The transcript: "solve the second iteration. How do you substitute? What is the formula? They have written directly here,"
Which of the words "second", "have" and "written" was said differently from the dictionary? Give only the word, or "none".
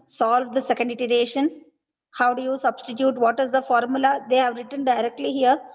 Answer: none